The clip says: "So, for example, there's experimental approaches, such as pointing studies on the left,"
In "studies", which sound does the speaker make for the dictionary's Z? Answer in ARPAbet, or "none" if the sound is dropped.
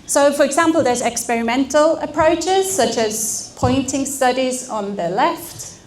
Z